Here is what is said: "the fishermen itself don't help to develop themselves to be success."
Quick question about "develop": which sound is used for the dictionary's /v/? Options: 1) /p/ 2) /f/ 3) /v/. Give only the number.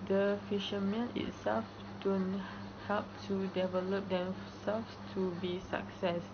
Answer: 3